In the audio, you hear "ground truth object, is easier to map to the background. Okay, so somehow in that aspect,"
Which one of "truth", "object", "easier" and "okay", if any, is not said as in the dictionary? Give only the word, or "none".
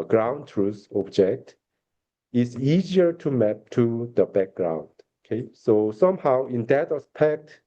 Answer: truth